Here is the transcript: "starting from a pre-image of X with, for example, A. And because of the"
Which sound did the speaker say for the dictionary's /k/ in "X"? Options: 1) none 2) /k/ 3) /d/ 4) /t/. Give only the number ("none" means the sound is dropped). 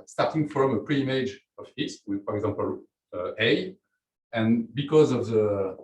1